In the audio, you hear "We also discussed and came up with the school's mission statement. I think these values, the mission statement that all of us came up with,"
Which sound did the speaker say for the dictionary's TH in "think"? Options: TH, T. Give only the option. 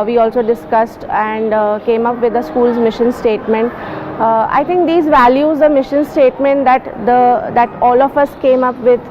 T